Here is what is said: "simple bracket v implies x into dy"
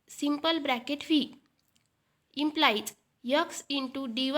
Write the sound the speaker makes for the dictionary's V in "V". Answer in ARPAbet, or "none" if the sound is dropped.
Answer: F